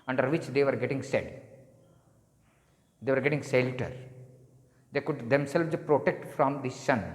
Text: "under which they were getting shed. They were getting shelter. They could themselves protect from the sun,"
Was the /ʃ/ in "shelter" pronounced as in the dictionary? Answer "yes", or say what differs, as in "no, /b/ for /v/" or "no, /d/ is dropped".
no, /s/ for /ʃ/